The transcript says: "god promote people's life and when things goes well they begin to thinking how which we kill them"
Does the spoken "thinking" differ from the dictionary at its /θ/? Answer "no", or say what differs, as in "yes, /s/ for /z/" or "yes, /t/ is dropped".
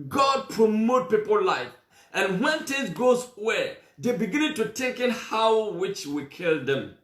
yes, /t/ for /θ/